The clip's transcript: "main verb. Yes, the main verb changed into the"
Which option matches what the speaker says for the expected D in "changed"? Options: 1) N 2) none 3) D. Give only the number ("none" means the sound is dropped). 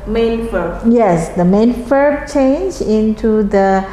2